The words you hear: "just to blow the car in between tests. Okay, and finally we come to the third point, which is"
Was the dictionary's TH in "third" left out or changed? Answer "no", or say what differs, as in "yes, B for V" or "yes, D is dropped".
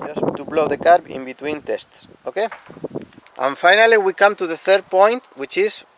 no